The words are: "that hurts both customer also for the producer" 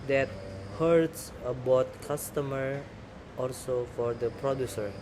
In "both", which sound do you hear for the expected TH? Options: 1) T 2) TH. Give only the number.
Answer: 1